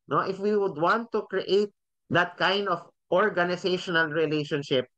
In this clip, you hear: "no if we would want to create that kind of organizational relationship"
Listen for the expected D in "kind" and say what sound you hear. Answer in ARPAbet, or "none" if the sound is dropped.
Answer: D